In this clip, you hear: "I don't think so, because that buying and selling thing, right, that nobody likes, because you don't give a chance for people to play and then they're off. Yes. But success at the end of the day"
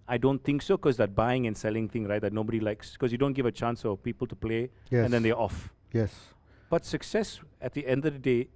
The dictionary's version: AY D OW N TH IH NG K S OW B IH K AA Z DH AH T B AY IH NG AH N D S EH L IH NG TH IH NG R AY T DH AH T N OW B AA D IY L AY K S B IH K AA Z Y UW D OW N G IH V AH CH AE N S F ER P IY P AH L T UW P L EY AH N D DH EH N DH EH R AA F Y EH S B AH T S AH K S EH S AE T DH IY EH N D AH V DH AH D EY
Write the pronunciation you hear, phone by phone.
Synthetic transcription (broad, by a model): AY D OW N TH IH NG K S OW K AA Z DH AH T B AY IH NG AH N S EH L IH NG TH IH NG R AY T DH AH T N OW B AA D IY L AY K S K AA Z Y UW D OW N G IH V AH CH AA N S F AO P IY P AH L T UW P L EY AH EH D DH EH N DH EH AA F Y EH S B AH T S AH K S EH S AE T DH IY EH N D AH V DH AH D EY